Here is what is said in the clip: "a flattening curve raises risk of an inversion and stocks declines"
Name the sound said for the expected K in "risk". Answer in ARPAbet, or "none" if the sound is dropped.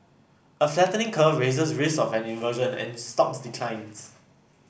none